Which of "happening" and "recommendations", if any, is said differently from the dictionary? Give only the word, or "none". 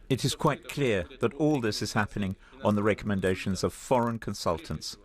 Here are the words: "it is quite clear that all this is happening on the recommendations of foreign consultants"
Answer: none